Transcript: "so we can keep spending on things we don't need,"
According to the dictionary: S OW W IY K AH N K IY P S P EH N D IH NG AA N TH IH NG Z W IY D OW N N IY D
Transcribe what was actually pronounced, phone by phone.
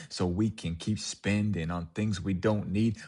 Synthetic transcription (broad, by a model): S OW W IY K AH N K IY P S P EH N D IH NG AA N TH IH NG Z W IY D OW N N IY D